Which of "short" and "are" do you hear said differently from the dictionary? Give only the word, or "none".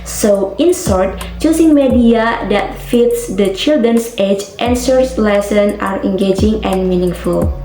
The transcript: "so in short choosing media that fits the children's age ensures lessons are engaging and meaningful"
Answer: short